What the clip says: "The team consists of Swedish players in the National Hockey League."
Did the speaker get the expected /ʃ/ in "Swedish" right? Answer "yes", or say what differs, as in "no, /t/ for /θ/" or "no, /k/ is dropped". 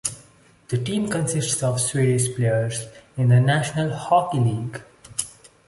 no, /s/ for /ʃ/